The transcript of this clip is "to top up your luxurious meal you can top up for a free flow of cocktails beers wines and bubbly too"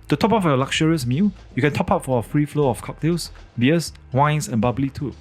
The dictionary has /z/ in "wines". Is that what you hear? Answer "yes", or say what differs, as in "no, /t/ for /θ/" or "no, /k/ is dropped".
no, /s/ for /z/